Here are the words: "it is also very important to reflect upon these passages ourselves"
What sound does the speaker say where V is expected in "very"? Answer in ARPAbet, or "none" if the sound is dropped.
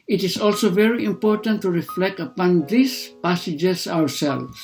V